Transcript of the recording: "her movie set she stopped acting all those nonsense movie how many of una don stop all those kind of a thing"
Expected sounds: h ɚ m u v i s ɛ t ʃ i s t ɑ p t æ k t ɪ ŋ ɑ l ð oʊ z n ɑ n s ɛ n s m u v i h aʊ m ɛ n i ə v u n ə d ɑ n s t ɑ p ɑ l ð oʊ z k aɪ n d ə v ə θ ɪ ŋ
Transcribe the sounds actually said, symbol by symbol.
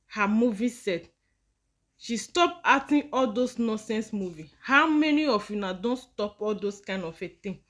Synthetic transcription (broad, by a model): h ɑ m u v i s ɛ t ʃ i s t ɑ p ɑ t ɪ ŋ ɑ l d oʊ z n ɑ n s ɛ n s m u v i h aʊ m ɛ n i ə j u n ə d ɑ n s t ɑ p ɑ l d oʊ s k aɪ n d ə f ə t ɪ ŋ